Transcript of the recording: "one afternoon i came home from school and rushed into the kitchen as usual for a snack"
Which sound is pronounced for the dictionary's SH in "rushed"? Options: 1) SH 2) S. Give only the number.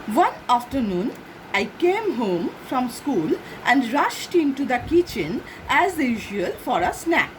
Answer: 1